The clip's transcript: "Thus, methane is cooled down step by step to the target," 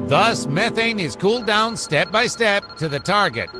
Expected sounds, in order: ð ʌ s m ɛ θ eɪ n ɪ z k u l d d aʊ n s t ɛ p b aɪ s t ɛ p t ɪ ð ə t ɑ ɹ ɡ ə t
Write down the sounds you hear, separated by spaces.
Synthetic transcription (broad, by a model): ð ʌ s m ɛ θ eɪ n ɪ z k u l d d aʊ n s t ɛ p b aɪ s t ɛ p t ɪ ð ə t ɑ ɹ ɡ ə t